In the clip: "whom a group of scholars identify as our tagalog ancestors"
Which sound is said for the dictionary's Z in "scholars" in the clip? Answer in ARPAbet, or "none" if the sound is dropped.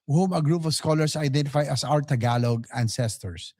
S